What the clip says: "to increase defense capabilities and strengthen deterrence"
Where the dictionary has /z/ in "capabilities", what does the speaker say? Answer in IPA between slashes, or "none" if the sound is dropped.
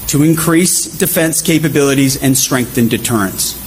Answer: /z/